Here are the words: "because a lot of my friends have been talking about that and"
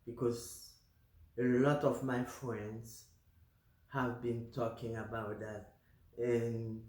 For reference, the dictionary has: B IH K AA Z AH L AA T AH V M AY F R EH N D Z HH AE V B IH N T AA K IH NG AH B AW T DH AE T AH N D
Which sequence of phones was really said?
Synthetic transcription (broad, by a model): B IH K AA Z AH L AA T AH V M AY F R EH N D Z HH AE V B IH N T AA K IH NG AH B AW T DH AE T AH N